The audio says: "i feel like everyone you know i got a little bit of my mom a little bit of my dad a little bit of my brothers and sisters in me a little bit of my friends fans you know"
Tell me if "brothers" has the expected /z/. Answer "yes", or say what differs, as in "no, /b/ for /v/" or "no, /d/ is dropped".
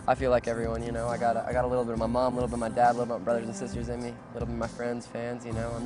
yes